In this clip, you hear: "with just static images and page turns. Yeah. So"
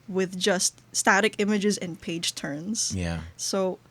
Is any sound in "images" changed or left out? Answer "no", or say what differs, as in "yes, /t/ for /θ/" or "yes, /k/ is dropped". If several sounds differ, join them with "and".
no